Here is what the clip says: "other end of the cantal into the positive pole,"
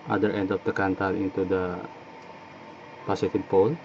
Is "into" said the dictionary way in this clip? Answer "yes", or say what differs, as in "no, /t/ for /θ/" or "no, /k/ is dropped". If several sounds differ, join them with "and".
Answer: yes